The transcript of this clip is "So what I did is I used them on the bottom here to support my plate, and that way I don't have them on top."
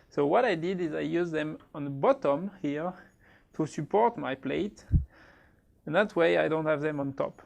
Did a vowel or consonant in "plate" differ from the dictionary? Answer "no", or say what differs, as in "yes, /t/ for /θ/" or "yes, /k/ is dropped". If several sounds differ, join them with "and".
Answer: no